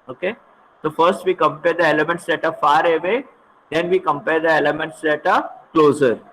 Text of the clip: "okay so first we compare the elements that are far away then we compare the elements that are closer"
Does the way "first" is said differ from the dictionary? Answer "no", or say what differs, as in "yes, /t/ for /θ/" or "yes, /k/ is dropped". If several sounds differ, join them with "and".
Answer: no